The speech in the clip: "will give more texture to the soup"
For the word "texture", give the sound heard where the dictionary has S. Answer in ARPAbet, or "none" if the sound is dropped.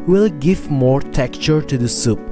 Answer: none